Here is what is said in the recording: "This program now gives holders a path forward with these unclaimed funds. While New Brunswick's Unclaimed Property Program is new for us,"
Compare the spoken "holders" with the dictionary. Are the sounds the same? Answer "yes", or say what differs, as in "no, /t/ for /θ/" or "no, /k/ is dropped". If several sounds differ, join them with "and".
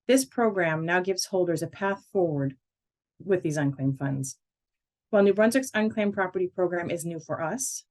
yes